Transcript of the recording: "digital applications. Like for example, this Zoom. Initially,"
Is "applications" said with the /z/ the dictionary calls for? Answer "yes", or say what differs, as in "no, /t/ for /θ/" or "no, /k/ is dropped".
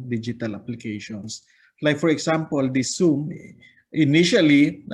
no, /s/ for /z/